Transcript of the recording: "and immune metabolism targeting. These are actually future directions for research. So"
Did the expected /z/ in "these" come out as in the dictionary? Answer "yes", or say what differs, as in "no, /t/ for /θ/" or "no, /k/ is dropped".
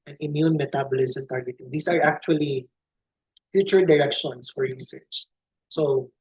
no, /s/ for /z/